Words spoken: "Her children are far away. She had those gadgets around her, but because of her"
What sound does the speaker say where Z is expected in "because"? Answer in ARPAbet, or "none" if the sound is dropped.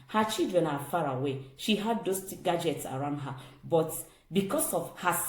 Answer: S